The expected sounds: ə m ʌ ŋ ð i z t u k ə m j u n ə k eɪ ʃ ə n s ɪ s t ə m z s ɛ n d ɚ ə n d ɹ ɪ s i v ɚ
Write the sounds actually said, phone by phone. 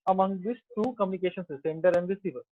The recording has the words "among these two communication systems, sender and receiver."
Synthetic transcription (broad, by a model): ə m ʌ ŋ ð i s t u k ə m j u n ə k eɪ ʃ ə n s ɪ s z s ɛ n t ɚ ə n d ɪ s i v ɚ